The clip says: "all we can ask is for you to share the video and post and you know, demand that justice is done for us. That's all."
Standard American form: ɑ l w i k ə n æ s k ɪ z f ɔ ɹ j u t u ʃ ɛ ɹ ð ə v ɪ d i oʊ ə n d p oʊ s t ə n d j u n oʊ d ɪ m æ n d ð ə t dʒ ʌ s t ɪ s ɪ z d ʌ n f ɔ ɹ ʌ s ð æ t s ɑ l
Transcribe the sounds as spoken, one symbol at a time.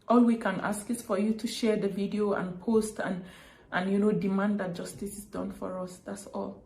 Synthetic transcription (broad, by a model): ɑ l w i k ə n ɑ s k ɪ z f ɔ ɹ j u t u ʃ ɛ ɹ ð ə v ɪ d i oʊ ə n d p oʊ s t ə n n j u n oʊ d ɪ m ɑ n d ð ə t dʒ ʌ s t ɪ s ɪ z d ʌ n f ɔ ɹ ʌ s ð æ t s ɑ l